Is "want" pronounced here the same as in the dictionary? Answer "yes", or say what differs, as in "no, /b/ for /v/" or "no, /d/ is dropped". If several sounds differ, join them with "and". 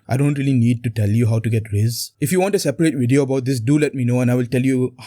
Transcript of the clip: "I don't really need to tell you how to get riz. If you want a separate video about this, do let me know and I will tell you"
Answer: yes